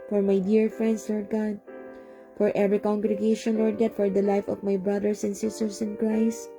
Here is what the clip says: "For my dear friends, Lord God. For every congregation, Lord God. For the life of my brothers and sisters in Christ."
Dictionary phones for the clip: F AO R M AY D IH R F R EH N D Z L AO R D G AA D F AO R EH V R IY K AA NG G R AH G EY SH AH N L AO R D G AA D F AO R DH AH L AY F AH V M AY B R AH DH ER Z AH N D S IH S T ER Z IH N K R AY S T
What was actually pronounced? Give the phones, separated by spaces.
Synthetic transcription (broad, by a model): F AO R M AY D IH R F R EH N D S L AO R D G AA D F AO R EH V R IY K AA NG G R AH G EY SH AH N L AO R D G AA D F AO R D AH L AY F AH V M AY B R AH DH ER S AH N D S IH S T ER S IH N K R AY S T